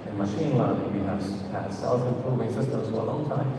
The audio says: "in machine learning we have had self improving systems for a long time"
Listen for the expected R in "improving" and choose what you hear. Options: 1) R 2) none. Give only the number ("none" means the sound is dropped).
2